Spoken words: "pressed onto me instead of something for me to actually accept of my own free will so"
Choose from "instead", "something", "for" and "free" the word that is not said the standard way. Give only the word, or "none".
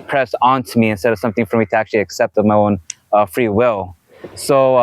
none